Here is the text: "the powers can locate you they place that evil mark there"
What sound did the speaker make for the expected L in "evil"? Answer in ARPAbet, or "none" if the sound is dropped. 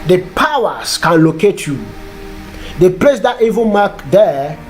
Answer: N